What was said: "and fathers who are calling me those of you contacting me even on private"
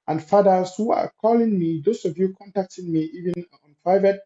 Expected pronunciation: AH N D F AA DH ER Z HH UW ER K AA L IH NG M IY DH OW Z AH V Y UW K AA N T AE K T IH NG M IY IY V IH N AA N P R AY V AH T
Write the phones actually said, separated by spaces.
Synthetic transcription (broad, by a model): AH N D F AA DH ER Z HH UW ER K AA L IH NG M IY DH OW S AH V Y UW K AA N T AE K T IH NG M IY IY V IH N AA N P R AY V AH T